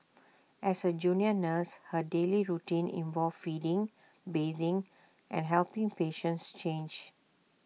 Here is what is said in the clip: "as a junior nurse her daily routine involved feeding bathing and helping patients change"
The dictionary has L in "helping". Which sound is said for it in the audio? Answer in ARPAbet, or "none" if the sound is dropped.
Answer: L